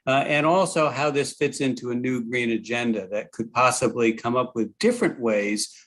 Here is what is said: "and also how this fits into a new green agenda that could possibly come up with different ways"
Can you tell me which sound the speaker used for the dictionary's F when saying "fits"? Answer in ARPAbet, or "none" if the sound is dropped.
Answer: F